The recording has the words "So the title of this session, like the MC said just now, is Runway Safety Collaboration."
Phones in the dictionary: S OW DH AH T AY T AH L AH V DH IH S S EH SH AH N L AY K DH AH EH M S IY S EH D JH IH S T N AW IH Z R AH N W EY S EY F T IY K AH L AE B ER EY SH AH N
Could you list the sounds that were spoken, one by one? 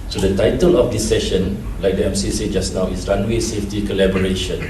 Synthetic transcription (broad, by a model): S OW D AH T AY T AH L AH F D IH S S EH SH AH N L AY K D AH EH M S IY S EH JH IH S N AW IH S R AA N W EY S EY F T IY K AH L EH B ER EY SH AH N